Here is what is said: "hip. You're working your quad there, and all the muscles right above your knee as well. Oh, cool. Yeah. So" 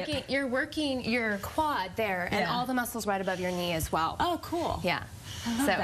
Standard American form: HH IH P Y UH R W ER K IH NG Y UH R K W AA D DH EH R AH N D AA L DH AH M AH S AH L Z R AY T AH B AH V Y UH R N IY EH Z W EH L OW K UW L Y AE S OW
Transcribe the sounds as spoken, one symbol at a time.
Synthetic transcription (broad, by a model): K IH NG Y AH R W ER K IH NG Y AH R K W AA D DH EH R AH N AA L DH AH M AH S L Z R AY T AH B AH V Y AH R N IY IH Z W EH L OW K UW L Y AE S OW